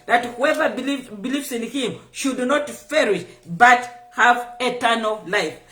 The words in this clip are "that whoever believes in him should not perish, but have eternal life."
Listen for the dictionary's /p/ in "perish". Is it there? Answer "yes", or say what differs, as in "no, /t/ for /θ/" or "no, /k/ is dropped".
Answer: no, /f/ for /p/